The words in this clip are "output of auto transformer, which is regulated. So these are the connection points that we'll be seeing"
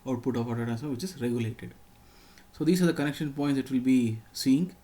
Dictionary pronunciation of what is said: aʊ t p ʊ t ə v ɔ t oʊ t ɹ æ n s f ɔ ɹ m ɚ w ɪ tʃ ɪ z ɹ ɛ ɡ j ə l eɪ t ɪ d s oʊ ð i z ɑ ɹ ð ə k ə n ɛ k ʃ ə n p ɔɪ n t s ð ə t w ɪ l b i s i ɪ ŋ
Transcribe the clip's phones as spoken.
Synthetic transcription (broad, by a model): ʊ t p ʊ t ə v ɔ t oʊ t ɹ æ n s ɔ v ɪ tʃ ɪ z ɹ ɛ ɡ j ə l eɪ t ɪ d s oʊ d i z ɑ ɹ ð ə k ə n ɛ k ʃ ə n p ɔɪ n t s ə t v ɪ l b i s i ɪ ŋ